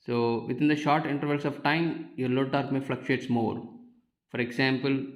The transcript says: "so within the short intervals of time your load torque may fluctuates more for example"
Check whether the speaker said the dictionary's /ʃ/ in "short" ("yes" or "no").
yes